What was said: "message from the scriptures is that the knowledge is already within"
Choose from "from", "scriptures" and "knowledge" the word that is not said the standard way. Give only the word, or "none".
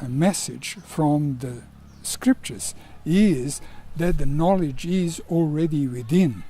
none